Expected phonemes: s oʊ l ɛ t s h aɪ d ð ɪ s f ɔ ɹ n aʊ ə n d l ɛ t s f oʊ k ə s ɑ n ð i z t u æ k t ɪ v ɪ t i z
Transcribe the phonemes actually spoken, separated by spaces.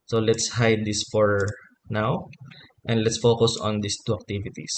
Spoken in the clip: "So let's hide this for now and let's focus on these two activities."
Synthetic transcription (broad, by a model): s oʊ l ɛ t s h aɪ d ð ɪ s f ɔ ɹ n aʊ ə n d l ɛ t s f oʊ k ə s ɑ n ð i s t u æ k t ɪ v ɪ t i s